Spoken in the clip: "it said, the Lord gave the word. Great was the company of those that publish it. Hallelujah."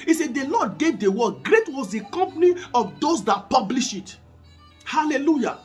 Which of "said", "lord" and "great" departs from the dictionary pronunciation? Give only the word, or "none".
lord